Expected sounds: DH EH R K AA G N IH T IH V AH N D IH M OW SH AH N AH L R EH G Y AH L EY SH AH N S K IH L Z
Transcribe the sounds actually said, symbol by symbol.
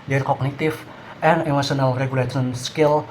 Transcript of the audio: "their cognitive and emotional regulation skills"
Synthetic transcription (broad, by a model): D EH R K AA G N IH T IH F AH N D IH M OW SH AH N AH L R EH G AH L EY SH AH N S K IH L